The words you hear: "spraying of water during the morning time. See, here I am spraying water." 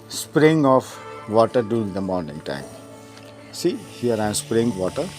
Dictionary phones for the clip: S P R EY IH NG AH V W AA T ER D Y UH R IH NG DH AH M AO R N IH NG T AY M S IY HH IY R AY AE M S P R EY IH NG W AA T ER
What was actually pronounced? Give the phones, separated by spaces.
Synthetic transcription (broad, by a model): S P R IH NG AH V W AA T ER D Y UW IH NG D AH M AO R N IH NG T AY M S IY HH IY R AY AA S P R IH NG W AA T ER